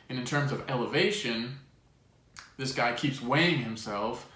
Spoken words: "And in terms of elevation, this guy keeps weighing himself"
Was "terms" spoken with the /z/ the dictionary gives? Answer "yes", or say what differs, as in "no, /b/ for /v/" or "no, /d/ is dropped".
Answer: yes